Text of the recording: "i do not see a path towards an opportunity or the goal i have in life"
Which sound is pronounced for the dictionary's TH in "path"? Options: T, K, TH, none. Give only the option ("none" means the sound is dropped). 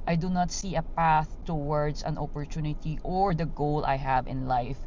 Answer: TH